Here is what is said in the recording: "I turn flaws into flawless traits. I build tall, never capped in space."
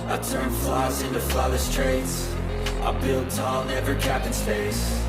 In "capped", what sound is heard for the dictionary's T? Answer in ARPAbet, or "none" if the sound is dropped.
none